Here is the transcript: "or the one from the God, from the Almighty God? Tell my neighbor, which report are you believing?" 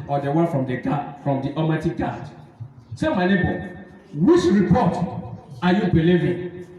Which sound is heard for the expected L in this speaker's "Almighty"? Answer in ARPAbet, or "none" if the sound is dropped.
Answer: none